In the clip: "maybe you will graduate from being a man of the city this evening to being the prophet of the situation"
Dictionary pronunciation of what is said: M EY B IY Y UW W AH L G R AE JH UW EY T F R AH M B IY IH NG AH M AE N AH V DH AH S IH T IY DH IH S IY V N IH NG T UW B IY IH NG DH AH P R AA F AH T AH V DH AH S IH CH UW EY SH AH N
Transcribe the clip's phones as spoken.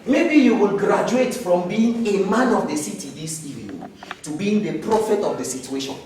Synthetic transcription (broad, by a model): M EY B IY Y UW W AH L G R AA JH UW EY T F R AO M B IY IH NG AH M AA N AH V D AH S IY T IY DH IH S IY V IH T UW B IY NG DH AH P R AA F AH T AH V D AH S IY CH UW EY SH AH N